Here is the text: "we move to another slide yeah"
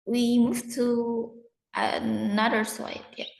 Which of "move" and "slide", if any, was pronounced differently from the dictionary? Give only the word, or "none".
slide